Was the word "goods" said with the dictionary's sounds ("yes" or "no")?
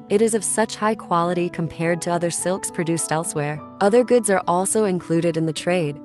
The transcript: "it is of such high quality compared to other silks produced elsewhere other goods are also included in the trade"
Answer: yes